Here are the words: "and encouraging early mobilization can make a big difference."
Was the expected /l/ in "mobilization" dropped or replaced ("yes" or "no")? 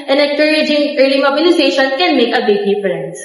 yes